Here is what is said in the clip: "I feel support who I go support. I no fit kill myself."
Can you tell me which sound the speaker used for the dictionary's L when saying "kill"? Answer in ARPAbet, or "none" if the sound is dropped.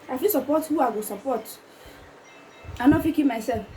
N